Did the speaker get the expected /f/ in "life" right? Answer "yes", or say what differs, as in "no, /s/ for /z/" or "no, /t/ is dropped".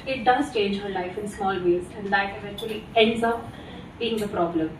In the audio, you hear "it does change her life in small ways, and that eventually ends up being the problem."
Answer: yes